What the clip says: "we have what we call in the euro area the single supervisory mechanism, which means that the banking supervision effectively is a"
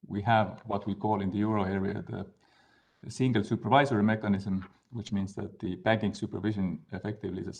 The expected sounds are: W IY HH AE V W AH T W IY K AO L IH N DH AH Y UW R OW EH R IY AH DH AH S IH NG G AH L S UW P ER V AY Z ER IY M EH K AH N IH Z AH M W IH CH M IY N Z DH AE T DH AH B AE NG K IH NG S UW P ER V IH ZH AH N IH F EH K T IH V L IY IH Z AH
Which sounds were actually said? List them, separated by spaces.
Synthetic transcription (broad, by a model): W IY HH AE V W AH T W IY K AO L IH N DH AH Y UW R OW EH R IY AH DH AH S IH NG G AH L S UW P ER V AY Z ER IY M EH K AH N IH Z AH M W IH CH M IY N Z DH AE T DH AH B AE NG K IH NG S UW P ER V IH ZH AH N IH F EH K T IH V L IY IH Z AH